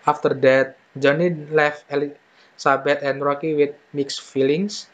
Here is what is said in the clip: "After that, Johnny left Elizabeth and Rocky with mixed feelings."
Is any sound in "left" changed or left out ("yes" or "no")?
yes